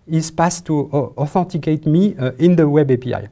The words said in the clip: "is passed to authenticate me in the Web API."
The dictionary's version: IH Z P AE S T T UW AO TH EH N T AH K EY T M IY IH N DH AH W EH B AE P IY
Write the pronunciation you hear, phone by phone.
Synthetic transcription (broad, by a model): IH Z P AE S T T UW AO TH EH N T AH K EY T M IY IH N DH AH W EH B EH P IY